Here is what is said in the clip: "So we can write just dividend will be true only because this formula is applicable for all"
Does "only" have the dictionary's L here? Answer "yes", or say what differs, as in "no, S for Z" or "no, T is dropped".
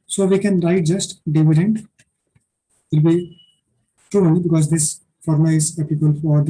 no, L is dropped